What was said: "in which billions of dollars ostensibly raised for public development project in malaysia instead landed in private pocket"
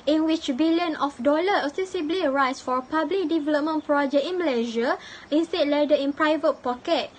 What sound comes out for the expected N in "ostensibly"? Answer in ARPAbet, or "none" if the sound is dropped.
none